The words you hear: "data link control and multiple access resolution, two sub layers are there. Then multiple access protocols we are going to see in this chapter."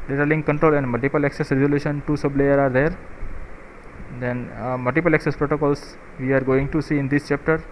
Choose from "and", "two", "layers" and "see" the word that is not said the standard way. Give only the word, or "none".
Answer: layers